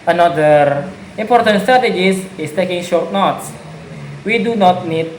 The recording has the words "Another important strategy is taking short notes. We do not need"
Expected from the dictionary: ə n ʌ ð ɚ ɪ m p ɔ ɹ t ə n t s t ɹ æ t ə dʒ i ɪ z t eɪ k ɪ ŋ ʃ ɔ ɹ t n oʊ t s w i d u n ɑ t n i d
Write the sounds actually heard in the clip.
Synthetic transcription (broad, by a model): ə n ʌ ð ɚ ɪ m p ɔ ɹ t ə n t s t ɹ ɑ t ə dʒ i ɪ s t eɪ k ɪ ŋ ʃ ɔ ɹ t n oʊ t s w i d u n ɑ t n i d